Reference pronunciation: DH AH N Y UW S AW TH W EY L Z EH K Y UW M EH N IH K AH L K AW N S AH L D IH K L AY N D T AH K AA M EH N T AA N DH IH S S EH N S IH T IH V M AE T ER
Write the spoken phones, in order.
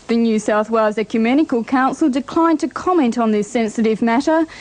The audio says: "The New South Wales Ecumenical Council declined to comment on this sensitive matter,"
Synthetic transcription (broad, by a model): DH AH N Y UW S AW TH W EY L Z EH K Y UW M EH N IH K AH L K AW N S AH L D IH K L AY N T AH K AA M EH N T N DH IH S S EH N S IH T IH V M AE T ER